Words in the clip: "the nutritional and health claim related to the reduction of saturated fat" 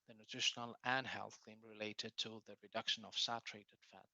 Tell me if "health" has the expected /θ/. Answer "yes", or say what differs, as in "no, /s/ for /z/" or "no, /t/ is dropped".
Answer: yes